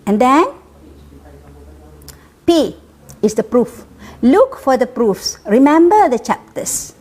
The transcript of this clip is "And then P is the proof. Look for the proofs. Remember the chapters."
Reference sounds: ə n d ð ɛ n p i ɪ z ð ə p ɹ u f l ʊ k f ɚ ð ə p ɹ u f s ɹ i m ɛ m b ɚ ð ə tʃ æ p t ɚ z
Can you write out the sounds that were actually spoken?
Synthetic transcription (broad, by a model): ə n d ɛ n p i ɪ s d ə p ɹ u f l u k f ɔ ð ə p ɹ u f s ɹ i m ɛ m b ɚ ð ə tʃ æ p t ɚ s